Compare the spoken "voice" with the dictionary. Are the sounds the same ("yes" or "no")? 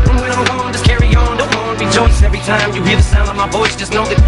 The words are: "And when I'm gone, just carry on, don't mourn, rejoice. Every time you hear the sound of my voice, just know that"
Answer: no